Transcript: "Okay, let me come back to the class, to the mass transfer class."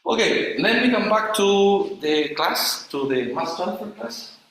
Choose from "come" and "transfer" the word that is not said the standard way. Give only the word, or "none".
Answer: transfer